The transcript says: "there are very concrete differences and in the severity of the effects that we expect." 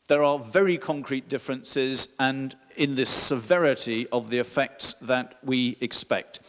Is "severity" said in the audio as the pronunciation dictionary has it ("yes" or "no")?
yes